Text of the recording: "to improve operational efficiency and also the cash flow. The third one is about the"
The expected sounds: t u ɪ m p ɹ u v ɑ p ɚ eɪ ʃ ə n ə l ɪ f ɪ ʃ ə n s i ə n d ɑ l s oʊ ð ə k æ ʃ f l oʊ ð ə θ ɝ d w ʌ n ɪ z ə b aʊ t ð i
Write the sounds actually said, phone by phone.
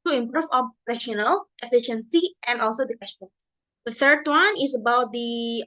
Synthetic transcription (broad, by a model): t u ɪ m p ɹ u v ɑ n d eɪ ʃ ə n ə l ɪ f ɪ ʃ ə n s i ə n d ɑ l s oʊ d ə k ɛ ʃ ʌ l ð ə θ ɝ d w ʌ n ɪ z ə b aʊ t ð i